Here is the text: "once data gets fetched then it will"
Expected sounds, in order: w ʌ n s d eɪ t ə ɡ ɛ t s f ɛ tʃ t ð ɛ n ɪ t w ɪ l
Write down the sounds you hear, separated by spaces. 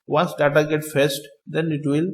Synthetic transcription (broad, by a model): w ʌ n s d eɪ t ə ɡ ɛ t f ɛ s t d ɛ n ɪ t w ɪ l